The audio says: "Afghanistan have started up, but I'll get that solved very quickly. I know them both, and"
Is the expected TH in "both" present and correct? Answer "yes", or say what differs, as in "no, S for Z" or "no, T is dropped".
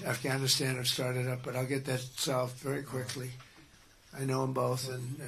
yes